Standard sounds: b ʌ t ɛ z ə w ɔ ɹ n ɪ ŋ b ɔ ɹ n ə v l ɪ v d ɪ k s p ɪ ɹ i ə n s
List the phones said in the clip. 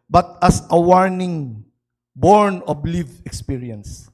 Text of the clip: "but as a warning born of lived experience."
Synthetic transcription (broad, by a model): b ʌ t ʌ s ə w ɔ ɹ n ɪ ŋ b ɔ ɹ n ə b l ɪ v ɪ k s p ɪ ɹ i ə n s